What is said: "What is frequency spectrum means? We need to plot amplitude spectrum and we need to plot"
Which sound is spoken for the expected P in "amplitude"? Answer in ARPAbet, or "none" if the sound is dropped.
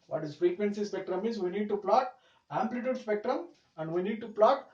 P